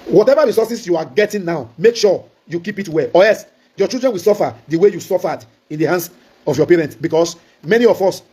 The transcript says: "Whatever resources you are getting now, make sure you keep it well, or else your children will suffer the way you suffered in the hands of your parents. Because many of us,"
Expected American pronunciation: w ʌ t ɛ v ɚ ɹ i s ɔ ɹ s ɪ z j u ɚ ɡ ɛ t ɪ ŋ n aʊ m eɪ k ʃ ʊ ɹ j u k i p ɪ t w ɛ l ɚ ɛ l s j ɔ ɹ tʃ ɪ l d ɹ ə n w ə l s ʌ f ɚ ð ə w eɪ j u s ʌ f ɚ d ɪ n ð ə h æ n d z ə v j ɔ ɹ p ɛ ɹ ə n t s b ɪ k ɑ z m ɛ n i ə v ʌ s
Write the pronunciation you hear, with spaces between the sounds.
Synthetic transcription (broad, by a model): w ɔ t ɛ v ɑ ɹ i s ɔ s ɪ s j u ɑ ɡ ɛ t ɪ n n aʊ m eɪ k ʃ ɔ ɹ j u k i p ɪ t w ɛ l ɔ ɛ s j ɔ tʃ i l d ɹ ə n w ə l s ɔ f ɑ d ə w eɪ j u s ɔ f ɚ d ɪ n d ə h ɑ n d s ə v j ɔ p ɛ ɹ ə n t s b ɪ k ɑ s m ɛ n i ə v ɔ s